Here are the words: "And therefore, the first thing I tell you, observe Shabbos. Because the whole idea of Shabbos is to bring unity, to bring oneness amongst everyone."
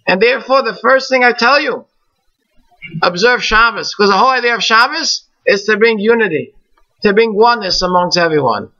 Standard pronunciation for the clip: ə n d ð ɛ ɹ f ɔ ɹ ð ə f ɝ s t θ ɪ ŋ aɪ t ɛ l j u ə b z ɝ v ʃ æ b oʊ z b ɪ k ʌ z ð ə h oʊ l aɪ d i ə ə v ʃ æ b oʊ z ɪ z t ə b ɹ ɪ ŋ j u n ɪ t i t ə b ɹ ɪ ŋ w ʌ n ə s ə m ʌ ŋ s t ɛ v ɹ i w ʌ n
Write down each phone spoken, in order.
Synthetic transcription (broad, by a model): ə n ð ɛ ɹ f ɔ ɹ ð ə f ɝ s t θ ɪ ŋ aɪ t ɛ l j u ə b z ɝ v ʃ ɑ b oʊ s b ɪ k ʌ z ð ə h oʊ l aɪ d i ə ə v ʃ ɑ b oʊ s ɪ z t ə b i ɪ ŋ j u n ɪ t i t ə b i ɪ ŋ w ʌ n ə s ə m ʌ ŋ s t ɛ v ɹ i w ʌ n